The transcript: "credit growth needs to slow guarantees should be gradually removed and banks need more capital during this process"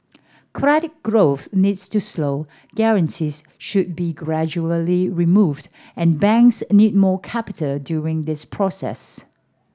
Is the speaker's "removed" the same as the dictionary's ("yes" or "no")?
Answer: yes